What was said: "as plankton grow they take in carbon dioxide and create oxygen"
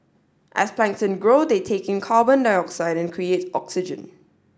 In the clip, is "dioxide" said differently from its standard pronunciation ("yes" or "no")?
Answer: no